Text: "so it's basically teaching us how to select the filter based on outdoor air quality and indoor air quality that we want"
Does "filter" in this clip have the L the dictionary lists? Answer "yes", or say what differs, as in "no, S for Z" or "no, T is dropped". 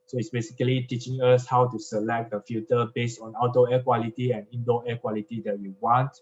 no, L is dropped